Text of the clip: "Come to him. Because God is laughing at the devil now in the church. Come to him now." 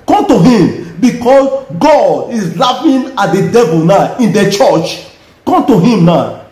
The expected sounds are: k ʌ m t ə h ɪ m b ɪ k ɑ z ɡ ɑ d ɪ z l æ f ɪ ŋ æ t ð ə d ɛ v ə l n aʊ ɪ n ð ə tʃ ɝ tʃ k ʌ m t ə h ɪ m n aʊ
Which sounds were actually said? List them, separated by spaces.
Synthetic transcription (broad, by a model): k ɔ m t ə h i m b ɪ k ɑ s ɡ ɑ d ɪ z l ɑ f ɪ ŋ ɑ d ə d ɛ v ə l n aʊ ɪ n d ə tʃ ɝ tʃ k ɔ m t ə h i m n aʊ